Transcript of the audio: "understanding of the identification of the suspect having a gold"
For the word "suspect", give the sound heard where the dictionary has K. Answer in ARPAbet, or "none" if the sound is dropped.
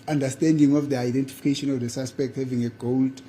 K